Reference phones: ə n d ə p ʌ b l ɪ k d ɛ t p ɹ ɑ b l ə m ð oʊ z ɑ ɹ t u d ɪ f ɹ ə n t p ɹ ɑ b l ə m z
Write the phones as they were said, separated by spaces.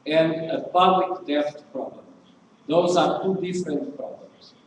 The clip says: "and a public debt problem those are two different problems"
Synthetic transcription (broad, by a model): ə n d ə p ʌ b l ɪ k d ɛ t p ɹ ɑ b l ə m ð oʊ z ɑ ɹ t u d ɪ f ɹ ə n t p ɹ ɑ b l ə m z